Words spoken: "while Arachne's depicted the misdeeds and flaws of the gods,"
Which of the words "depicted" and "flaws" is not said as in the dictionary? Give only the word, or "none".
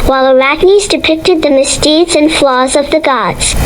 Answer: none